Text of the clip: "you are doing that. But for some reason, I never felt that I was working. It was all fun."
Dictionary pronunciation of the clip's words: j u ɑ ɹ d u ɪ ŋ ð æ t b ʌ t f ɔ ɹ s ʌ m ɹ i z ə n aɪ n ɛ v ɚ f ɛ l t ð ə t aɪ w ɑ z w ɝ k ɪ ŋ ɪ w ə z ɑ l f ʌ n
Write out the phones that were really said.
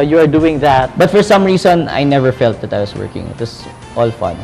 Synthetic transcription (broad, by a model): j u ɑ ɹ d u ɪ ŋ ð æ t b ʌ t f ɔ ɹ s ʌ m ɹ i s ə n aɪ n ɛ v ɚ f ɛ l t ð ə t aɪ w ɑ s w ɝ k ɪ ŋ ɪ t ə s ɑ l f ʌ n